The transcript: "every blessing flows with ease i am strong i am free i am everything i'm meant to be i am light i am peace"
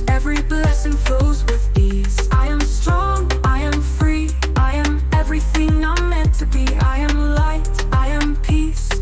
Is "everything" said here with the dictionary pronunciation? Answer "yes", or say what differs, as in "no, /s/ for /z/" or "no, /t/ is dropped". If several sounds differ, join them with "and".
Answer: yes